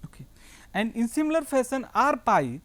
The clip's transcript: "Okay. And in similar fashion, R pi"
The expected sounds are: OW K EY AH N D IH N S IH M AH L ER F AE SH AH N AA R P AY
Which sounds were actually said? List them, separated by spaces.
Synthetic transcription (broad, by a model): OW K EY AH N D IH N S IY M L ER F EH S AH N AA R P AY